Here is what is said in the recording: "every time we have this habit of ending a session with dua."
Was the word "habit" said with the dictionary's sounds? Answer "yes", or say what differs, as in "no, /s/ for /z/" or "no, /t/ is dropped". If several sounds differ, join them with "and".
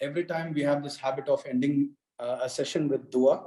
yes